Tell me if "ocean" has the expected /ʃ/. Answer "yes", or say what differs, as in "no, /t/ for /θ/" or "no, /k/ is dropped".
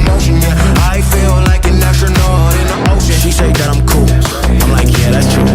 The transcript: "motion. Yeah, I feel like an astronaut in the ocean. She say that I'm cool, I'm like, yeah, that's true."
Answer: no, /ʃ/ is dropped